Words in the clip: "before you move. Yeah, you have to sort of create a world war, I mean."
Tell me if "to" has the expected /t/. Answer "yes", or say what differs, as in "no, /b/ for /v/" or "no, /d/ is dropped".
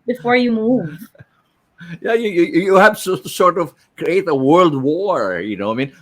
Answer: no, /s/ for /t/